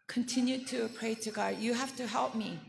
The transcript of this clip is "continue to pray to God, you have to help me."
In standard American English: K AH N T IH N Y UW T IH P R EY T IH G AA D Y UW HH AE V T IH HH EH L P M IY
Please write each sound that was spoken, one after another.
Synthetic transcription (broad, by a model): K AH N T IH N Y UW T IH P R EY T IH G AA D Y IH HH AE F T IH HH EH L P M IY